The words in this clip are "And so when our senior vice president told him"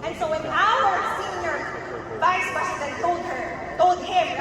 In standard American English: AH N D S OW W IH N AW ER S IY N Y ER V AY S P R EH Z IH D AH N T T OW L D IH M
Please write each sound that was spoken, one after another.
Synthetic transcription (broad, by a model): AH N S OW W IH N AW ER S IY N Y ER V AY S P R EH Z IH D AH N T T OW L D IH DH